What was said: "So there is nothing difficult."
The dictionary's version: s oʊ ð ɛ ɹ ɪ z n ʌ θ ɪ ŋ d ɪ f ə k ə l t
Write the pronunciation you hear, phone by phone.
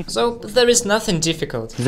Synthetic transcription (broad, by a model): s oʊ ð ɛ ɹ ɪ z n ʌ θ ɪ ŋ d ɪ f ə k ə l t